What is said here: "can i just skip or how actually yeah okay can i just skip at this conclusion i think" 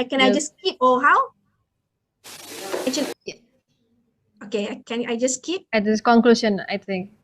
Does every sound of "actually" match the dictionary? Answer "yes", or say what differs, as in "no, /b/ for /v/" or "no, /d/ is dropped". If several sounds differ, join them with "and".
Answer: no, /k/ is dropped and /l/ is dropped